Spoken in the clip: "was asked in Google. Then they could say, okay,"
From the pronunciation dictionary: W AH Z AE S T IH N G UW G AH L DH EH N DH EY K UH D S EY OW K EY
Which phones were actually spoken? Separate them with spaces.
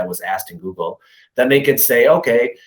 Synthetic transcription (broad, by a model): W AH Z AE S T IH N G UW G L DH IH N DH EY K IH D S EY OW K EY